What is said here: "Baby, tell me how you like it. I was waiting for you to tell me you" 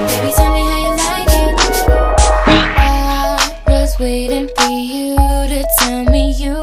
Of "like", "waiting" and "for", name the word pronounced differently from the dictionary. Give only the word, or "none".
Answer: like